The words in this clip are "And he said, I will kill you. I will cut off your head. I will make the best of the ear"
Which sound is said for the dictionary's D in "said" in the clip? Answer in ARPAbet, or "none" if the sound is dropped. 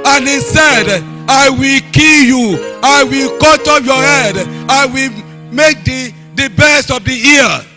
D